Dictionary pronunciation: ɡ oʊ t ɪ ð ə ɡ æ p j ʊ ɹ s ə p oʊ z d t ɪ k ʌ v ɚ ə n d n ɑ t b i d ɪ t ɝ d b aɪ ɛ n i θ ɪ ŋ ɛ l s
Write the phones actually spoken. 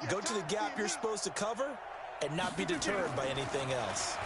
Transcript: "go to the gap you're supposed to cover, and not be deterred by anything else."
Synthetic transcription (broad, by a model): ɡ oʊ t ɪ ð ə ɡ æ p j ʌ ɹ s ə p oʊ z t ɪ k ʌ v ɚ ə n n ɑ t b i d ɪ t ɝ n b aɪ ɛ n i θ ɪ ŋ ɛ l s